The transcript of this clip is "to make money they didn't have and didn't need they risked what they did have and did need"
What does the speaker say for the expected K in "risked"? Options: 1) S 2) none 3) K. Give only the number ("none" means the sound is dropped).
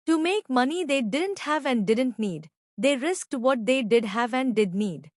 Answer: 3